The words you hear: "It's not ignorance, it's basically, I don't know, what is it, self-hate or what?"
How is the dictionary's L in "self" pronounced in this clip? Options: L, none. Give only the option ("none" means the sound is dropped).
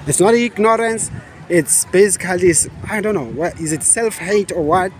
L